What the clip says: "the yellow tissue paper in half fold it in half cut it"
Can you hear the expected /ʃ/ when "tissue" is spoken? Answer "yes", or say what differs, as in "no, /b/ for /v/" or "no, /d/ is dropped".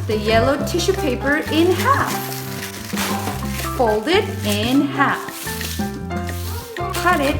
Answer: yes